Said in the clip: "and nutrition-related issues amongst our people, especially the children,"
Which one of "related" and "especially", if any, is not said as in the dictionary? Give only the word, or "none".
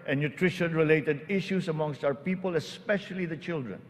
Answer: none